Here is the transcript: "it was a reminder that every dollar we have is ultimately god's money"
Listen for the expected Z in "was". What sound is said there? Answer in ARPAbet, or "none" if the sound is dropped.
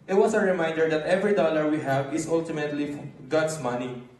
S